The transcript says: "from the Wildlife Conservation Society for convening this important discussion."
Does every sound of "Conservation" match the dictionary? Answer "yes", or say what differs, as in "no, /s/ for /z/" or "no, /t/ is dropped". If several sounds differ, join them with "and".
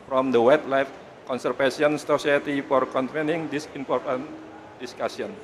no, /f/ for /v/